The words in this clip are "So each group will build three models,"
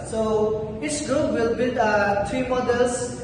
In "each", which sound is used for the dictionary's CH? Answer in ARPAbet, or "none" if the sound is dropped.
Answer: S